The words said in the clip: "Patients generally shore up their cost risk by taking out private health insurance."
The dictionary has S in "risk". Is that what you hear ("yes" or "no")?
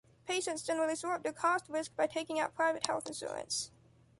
yes